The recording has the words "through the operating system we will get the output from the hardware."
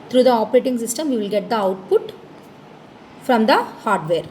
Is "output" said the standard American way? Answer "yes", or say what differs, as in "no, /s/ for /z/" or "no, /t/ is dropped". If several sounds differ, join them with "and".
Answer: yes